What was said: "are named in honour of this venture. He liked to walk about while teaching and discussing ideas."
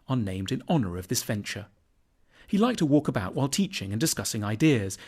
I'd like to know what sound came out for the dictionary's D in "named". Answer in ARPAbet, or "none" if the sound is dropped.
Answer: D